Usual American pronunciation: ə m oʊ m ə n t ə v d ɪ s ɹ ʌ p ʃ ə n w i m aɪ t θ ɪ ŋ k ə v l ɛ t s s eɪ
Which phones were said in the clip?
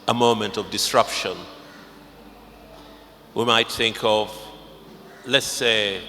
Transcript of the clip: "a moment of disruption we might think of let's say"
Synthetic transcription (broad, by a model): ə m oʊ m ə n t ə v d ɪ s ɹ ʌ p ʃ ə n w i m aɪ t θ ɪ ŋ k ə v l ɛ t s s eɪ